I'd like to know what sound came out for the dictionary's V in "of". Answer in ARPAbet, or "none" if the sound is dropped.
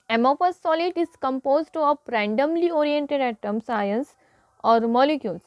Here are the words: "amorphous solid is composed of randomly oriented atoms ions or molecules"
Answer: P